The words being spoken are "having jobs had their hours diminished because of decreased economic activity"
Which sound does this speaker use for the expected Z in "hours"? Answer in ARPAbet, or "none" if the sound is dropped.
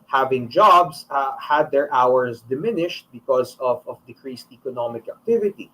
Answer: S